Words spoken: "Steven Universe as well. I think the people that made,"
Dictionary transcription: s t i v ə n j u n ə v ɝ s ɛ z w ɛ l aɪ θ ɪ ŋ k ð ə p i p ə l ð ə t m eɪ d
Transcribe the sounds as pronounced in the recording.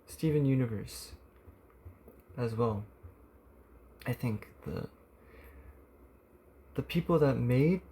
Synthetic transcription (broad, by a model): s t i v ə n j u n ə v ɝ s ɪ z w ɛ l aɪ θ ɪ ŋ k ð ə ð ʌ p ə l ð ə t m eɪ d